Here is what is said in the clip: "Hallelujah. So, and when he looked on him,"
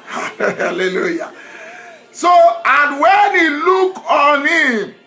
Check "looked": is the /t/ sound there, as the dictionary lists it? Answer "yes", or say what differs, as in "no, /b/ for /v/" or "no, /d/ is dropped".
no, /t/ is dropped